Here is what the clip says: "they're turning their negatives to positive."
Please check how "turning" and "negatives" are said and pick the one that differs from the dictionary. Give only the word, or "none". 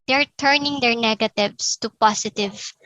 negatives